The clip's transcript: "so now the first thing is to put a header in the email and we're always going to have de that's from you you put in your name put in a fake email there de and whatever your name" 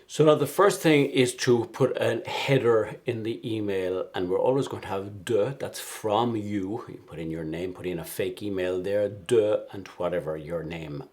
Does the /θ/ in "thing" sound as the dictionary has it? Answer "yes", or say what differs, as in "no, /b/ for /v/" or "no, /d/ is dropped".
yes